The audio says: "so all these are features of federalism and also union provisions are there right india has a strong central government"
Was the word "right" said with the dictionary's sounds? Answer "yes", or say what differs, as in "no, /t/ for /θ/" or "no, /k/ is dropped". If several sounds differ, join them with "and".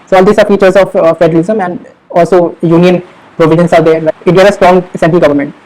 no, /t/ is dropped